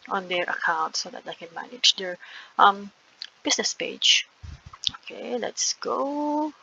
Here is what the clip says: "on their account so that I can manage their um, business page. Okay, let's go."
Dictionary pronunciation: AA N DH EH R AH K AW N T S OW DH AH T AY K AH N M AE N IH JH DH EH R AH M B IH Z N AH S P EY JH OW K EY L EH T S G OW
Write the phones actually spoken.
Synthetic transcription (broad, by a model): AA N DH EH R AH K AW N T S OW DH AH T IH K AH N M AE N IH JH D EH R AH M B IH S N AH S P EY JH OW K EY L EH T S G OW